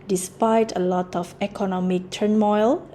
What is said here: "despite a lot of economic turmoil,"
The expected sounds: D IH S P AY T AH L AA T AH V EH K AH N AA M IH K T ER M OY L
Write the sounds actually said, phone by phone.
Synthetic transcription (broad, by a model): D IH S P AY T AH L AA T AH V EH K AH N AA M IH K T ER M OY L